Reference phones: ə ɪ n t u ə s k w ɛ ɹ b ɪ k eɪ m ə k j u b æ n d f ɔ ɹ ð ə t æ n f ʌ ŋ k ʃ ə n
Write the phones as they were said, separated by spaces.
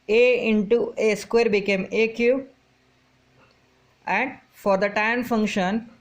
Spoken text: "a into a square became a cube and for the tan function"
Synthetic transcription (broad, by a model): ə ɪ n t u ə s k w ɛ ɹ b ɪ k eɪ m ə k j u æ n d f ɔ ɹ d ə t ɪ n f ʌ ŋ k ʃ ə n